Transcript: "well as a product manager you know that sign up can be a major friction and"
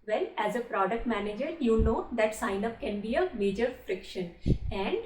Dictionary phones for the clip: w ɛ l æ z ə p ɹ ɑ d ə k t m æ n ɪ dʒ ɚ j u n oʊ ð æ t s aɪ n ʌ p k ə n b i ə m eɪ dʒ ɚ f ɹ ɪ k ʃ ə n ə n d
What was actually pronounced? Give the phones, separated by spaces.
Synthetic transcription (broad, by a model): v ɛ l æ z ə p ɹ ɑ d ə k t m æ n ɪ dʒ ɚ j u n oʊ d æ t s aɪ n ʌ p k ə n b i ə m eɪ dʒ ɚ f ɹ ɪ k ʃ ə n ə n d